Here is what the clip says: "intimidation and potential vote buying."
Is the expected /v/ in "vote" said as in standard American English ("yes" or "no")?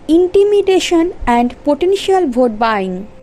no